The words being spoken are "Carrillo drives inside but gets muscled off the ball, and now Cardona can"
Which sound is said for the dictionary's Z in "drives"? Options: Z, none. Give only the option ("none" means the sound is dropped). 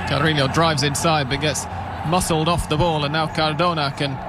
Z